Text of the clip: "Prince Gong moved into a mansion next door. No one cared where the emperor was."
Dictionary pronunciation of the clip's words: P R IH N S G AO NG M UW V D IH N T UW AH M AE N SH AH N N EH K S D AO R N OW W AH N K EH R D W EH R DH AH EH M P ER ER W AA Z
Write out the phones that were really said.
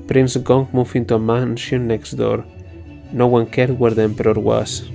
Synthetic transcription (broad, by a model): P R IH N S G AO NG M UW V IH N T UW AH M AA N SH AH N N EH K S D AO R N OW W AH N K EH R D W EH R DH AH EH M P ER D W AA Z